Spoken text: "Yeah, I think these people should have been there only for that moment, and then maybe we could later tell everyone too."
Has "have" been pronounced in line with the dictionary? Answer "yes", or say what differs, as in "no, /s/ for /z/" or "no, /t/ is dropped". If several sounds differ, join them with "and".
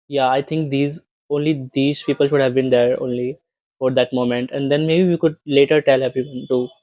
yes